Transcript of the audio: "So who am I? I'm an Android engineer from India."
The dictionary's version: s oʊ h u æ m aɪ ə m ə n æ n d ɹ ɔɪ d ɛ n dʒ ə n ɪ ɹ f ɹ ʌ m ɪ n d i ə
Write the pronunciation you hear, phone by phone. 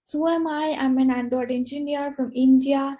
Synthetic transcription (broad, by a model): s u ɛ m aɪ ə m ə n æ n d ɔɪ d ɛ n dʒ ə n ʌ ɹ f ɹ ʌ m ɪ n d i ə